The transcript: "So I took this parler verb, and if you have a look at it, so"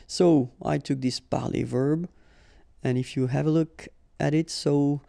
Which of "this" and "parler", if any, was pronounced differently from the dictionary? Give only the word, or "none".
parler